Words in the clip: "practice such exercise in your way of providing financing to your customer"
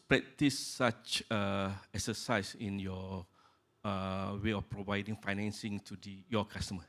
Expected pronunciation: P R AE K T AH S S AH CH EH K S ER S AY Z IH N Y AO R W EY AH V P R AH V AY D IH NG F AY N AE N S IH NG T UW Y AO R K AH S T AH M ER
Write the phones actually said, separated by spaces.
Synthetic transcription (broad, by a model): P R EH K T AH S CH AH EH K S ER S AY S IH N Y AO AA W EY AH F P R AH V AY D IH NG F AY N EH N S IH NG T UW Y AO K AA S T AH M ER